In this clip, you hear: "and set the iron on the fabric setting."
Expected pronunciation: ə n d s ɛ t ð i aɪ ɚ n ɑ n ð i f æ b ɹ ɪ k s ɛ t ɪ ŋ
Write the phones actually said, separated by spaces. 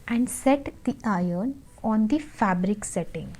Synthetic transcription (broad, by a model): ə n d s ɛ t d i aɪ ɚ n ɑ n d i f æ b ɹ ɪ k s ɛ t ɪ ŋ